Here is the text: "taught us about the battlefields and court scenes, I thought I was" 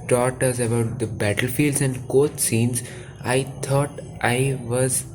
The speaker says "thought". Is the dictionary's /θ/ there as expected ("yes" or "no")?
no